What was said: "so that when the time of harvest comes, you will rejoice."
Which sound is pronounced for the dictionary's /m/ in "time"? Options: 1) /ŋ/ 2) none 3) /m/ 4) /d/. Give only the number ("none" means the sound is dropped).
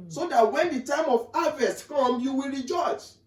3